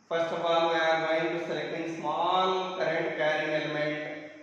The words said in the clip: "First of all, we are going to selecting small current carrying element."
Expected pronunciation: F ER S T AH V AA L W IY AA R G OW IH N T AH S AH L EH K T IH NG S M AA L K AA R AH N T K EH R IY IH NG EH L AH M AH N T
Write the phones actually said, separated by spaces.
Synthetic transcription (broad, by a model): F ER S T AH P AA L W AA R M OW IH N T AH S AH L EH K T IH NG S M AA L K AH R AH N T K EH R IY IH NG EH L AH M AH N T